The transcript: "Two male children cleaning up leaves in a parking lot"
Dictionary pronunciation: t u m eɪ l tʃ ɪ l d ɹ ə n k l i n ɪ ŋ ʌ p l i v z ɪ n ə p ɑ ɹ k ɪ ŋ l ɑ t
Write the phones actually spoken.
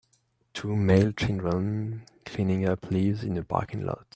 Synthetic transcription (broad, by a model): t u m eɪ l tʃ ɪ n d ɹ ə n k l i n ɪ ŋ ʌ p l i v z ɪ n ə b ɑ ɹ k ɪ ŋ l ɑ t